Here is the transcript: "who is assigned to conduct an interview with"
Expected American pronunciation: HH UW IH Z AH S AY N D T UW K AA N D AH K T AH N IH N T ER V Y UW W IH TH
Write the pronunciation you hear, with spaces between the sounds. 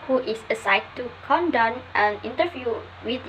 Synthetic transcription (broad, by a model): HH UW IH S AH S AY D T UW K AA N D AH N T AH N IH N T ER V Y UW W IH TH